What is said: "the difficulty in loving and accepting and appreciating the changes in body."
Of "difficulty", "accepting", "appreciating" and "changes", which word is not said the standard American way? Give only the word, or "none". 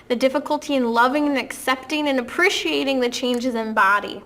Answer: none